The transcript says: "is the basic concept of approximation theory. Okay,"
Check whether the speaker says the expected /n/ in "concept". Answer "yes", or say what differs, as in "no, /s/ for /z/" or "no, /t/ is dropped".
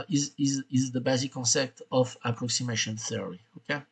yes